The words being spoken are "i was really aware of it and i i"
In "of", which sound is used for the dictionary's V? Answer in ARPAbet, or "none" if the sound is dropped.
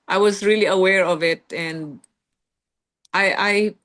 V